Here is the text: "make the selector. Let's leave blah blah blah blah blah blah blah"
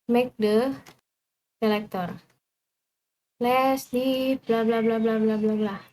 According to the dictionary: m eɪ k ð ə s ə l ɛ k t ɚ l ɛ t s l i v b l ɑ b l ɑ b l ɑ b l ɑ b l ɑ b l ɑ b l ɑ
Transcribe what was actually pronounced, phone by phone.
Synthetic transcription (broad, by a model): m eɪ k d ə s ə l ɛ k t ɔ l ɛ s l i p b l ɑ b l ɑ b l ɑ b l ɑ b l ɑ b l ɑ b l ɑ